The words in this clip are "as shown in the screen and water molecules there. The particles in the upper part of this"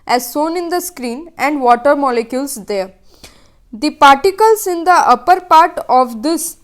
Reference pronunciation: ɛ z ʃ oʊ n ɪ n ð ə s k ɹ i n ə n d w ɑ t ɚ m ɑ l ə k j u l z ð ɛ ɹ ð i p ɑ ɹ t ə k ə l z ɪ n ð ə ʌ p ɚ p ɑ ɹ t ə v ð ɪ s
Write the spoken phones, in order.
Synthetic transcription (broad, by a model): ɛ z s oʊ n ɪ n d ə s k ɹ i n ə n d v ɑ t ɚ m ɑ l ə k j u l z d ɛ ɹ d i p ɑ ɹ t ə k ə l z ɪ n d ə ʌ p ɚ p ɑ ɹ t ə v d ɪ s